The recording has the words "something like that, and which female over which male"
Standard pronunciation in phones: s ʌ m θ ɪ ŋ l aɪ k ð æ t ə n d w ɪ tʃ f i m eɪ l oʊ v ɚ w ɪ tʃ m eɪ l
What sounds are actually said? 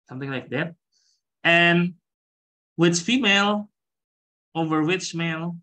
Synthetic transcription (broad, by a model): s ʌ m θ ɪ ŋ l aɪ k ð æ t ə n w ɪ tʃ f i m eɪ l oʊ v ɚ w ɪ tʃ m eɪ l